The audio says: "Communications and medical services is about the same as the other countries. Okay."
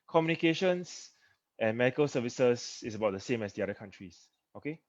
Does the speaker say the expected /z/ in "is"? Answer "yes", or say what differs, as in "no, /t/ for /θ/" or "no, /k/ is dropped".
no, /s/ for /z/